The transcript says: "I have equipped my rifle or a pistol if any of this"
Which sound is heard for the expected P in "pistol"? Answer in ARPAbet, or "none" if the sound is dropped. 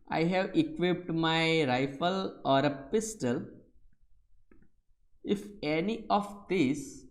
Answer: P